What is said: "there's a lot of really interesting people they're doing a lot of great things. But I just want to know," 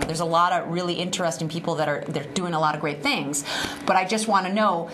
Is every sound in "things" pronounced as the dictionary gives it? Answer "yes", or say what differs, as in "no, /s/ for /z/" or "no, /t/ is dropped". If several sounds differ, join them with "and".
yes